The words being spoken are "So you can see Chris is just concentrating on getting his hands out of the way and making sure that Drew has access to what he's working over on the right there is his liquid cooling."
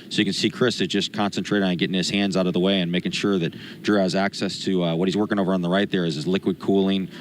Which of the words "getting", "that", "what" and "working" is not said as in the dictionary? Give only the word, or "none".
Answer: none